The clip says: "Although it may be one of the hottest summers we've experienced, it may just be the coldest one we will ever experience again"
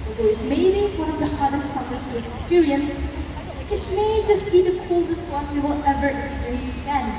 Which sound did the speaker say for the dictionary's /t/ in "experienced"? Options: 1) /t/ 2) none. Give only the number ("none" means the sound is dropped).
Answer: 2